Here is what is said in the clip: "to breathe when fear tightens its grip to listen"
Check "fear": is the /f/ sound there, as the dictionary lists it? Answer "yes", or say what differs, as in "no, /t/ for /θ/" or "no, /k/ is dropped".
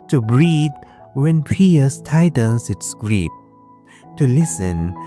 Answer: no, /p/ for /f/